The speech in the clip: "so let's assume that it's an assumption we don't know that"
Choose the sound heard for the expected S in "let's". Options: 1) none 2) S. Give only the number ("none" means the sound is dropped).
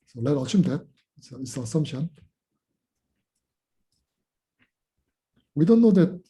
1